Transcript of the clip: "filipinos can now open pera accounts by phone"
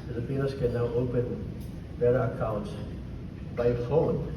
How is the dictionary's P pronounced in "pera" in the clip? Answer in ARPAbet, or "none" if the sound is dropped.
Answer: B